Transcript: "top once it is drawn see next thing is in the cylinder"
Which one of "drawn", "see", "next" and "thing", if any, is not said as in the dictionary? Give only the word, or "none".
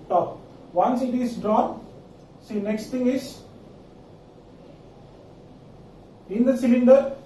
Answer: thing